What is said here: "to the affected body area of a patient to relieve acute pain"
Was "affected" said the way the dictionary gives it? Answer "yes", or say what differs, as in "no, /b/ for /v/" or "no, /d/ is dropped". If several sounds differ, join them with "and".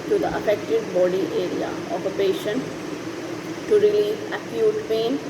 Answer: yes